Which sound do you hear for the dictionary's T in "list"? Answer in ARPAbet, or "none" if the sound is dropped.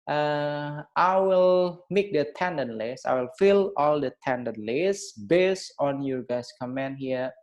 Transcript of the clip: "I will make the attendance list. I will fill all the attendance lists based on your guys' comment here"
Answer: none